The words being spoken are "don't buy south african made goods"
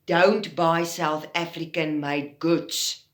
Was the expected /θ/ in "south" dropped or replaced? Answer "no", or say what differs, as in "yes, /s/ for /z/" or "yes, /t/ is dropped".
no